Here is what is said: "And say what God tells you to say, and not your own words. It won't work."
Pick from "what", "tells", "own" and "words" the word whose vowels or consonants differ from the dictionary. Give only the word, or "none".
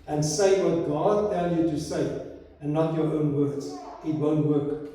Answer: tells